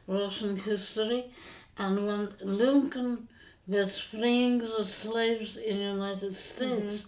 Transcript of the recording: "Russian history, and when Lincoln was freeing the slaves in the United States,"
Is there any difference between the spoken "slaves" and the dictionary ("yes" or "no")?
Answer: no